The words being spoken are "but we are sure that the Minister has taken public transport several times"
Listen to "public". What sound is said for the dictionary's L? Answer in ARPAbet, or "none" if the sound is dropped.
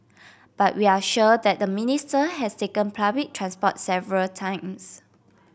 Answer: none